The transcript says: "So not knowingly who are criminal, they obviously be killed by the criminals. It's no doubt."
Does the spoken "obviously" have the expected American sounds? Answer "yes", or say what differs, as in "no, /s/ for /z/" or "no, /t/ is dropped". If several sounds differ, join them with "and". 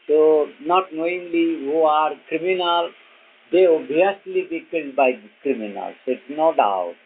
no, /v/ is dropped